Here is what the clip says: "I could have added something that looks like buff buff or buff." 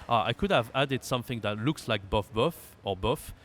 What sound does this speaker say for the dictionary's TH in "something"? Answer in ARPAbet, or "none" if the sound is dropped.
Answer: TH